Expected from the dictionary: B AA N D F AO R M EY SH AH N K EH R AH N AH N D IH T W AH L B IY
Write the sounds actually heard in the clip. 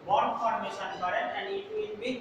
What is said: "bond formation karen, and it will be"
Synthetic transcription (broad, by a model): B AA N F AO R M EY S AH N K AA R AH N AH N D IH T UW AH N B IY